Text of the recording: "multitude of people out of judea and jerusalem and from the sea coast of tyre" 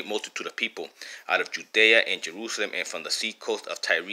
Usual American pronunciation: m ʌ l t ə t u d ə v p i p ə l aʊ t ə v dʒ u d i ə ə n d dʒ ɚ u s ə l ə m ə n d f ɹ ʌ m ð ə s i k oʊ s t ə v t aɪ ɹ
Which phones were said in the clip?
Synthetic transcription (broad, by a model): m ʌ l t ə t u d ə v p i p ə l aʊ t ə v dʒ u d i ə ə n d dʒ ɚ u s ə l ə m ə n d f ɹ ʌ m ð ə s i k oʊ s t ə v t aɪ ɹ